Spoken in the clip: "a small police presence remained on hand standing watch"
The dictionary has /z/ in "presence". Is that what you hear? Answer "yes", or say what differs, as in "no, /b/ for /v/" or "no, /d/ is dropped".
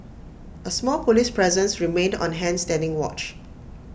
yes